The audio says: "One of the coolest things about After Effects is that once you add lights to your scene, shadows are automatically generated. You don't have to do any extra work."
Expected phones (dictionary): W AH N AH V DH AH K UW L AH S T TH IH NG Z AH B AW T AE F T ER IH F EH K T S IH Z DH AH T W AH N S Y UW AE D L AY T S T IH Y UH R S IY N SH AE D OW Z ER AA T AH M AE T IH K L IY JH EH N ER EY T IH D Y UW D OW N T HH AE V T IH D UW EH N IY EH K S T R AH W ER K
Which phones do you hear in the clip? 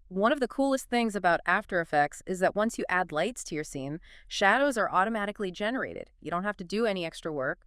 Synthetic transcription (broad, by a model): W AH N AH V DH AH K UW L AH S T TH IH NG Z AH B AW T AE F T ER IH F EH K T S IH Z DH AH T W AH N S Y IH AE D L AY T S T IH Y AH R S IY N SH AE D OW Z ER AA T AH M AE T IH K L IY JH EH N ER EY T IH D Y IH D OW N T HH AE F T IH D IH EH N IY EH K S T R AH W ER K